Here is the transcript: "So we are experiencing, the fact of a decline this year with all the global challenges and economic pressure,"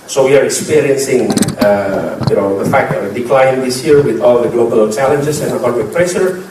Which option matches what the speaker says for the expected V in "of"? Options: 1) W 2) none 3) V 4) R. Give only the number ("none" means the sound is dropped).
1